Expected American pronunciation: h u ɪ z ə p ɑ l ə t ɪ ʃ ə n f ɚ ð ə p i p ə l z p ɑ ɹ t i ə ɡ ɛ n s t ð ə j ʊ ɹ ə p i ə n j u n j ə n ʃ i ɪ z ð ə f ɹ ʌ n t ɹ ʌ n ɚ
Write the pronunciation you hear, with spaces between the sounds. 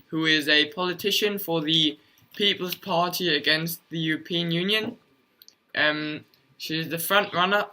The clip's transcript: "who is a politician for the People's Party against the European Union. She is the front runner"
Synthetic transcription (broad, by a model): h u ɪ z ə p ɑ l ə t ɪ ʃ ə n f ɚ ð ə p i p ə l z p ɑ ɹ t i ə ɡ ɛ n s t ð ə j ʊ ɹ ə p i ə n j u n j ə n ʃ i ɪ z ð ə f ɹ ʌ n t ɹ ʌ n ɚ